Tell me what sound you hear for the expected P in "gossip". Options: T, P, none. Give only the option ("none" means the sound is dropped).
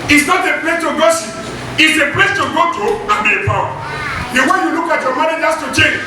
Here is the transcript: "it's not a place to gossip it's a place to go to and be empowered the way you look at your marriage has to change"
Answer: none